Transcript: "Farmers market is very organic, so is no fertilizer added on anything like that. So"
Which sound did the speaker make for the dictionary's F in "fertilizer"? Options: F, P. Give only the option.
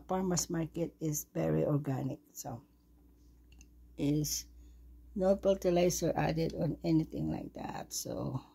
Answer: P